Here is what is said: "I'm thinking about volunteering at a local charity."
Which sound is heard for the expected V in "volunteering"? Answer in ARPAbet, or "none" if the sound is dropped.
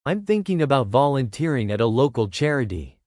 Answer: V